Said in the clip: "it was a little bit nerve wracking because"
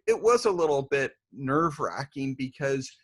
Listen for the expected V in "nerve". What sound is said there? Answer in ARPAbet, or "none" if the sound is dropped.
V